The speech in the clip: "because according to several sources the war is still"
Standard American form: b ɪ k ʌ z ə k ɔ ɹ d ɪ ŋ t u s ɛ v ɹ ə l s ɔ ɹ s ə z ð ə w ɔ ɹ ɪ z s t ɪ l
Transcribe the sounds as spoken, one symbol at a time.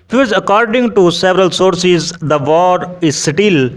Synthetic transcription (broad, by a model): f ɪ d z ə k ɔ ɹ d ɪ ŋ t u s ɛ v ɹ ə l s ɔ ɹ s ə z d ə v ɔ ɹ ɪ z s t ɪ l